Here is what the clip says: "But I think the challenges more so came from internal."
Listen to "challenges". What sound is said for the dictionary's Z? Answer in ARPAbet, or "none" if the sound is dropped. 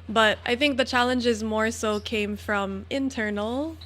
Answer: Z